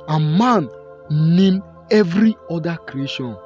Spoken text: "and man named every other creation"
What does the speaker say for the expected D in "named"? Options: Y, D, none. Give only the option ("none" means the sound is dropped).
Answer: none